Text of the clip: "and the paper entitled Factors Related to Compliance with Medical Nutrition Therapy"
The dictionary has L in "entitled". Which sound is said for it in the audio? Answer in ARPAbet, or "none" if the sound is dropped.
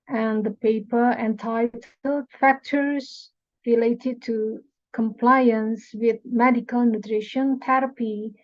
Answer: none